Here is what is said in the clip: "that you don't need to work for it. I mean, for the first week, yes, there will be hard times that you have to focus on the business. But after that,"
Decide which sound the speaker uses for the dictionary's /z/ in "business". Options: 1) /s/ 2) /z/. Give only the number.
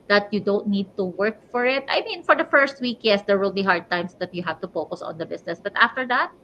1